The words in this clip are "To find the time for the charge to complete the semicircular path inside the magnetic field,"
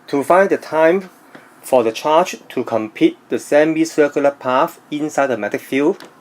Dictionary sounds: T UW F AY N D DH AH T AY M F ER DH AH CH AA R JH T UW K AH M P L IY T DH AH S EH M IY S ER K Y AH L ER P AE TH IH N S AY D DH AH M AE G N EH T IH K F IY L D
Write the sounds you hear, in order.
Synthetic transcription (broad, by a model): T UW F AY N D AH T AY M F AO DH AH CH AA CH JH T UW K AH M P IY T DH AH S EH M IY S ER K Y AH L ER P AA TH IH N S AY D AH M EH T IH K F IY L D